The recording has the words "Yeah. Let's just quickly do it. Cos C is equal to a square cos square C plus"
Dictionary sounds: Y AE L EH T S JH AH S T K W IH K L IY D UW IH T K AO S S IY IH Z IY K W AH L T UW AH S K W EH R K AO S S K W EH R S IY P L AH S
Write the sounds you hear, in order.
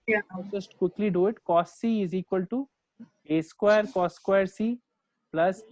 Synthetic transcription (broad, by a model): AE N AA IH JH AH S T K W IH K L IY D UW IH T K AO S S IY IH Z IY K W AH L T UW AH S K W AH R K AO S S K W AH R S IY P L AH S